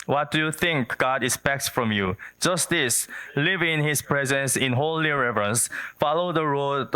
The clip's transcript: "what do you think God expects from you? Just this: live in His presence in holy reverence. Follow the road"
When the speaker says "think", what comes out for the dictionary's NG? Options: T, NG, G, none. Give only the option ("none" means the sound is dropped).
NG